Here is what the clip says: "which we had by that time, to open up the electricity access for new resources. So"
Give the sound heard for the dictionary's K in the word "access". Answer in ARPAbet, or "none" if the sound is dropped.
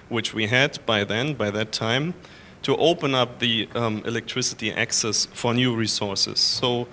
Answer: K